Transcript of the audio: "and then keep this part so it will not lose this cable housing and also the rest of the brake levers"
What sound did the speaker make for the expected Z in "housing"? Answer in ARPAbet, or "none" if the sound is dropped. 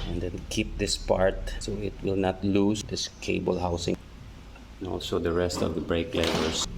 S